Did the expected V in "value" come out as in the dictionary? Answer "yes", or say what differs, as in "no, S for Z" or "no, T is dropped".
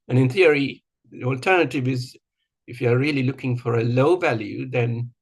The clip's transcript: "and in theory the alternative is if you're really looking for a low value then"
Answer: yes